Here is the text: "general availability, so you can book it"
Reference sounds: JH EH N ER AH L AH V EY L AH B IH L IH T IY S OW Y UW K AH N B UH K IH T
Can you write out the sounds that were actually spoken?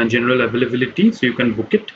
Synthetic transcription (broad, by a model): JH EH N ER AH L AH B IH L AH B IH L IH T IY S OW Y UW K AH N B UH K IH T